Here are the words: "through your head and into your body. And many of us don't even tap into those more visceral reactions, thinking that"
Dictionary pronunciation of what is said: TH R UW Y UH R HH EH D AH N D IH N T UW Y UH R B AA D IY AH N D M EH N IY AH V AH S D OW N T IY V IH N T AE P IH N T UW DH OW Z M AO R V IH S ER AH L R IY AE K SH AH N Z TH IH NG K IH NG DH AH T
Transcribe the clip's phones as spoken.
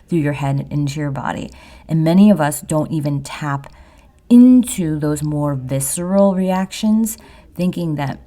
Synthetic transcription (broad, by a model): TH R UW Y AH R HH EH D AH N IH N T UW Y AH R B AA D IY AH N M EH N IY AH V AH S D OW N T IY V IH N T AE P IH N T UW DH OW Z M AO R V IH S ER L R IY AE K SH AH N Z TH IH NG K IH NG DH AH T